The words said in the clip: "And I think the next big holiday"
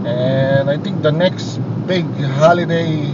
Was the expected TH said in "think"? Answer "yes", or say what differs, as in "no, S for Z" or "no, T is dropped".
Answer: no, T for TH